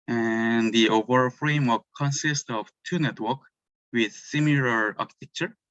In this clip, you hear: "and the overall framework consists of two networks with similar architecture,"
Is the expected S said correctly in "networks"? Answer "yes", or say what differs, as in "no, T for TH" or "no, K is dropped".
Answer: no, S is dropped